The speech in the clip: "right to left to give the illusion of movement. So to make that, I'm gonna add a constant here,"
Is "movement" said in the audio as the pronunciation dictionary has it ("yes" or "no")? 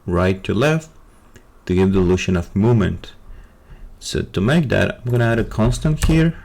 no